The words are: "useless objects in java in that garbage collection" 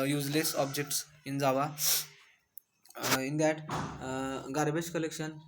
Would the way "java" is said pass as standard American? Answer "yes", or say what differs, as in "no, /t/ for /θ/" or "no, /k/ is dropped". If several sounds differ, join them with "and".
no, /z/ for /dʒ/